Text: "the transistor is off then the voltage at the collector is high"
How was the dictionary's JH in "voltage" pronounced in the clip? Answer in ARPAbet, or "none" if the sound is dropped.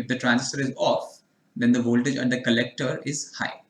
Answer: JH